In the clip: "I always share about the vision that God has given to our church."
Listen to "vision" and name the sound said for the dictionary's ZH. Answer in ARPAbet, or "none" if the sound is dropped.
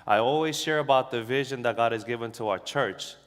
ZH